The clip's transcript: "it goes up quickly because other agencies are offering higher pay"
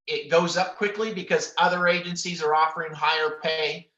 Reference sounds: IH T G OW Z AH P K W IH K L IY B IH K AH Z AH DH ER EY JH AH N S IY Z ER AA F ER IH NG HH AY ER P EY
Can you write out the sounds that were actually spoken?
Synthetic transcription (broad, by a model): IH T G OW Z AH P K W IH K L IY B IH K AH Z AH DH ER EY JH AH N S IY Z ER AA F ER IH NG HH AY ER P EY